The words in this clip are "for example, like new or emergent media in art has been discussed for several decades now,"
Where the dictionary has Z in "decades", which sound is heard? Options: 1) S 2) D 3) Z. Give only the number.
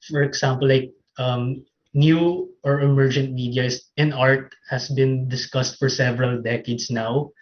1